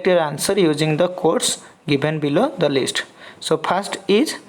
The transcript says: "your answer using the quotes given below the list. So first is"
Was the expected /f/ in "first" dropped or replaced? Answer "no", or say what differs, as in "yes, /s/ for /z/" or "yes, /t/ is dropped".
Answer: yes, /p/ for /f/